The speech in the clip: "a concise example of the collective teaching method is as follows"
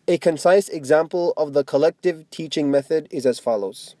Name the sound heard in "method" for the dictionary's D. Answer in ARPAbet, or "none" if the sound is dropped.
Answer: D